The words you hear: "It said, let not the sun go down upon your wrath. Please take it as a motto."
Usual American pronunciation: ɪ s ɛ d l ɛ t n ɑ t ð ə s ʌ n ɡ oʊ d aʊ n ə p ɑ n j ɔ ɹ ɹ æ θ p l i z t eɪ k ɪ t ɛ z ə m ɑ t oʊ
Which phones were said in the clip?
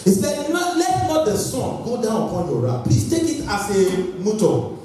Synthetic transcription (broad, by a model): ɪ s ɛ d l ɛ t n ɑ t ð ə s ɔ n ɡ oʊ d aʊ n ə p ɑ n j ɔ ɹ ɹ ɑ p i t eɪ k ɪ t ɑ s ə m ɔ t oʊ